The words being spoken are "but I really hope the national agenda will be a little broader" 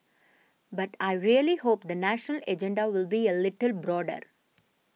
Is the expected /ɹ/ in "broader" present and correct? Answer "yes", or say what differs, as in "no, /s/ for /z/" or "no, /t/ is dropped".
yes